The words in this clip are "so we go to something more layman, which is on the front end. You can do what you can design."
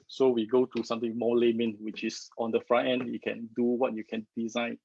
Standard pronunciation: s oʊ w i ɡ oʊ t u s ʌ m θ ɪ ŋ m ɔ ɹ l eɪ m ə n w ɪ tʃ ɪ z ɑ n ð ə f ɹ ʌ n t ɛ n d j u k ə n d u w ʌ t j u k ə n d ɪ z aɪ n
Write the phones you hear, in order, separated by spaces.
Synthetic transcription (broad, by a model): s oʊ w i ɡ oʊ t u s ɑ m t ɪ ŋ m ɔ l eɪ m ə n w ɪ tʃ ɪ s ɑ n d ə f ɹ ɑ t ɛ n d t k ə n d u w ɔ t j u k ə n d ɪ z aɪ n